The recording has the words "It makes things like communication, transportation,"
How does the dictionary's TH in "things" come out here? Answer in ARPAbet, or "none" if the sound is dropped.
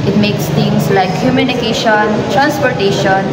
T